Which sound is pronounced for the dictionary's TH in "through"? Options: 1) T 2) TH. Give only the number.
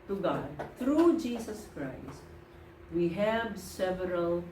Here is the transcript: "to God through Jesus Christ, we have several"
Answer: 1